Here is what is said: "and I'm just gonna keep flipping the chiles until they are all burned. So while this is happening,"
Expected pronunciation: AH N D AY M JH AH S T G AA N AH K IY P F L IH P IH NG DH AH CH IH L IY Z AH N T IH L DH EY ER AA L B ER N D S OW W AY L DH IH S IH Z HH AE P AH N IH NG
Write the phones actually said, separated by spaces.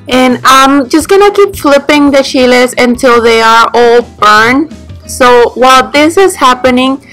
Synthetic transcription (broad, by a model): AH N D AY M JH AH S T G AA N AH K IY P F L IH P IH NG DH AH SH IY L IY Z AH N T IH L DH EY ER AA L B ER N S OW W AY L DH IH S IH Z HH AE P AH N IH NG